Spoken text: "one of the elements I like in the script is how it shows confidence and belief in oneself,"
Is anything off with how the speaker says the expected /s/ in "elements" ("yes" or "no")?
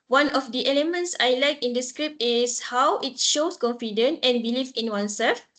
no